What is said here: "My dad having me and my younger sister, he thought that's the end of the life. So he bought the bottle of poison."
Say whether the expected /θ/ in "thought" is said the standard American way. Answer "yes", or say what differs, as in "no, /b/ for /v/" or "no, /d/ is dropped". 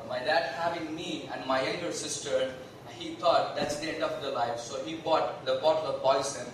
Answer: no, /t/ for /θ/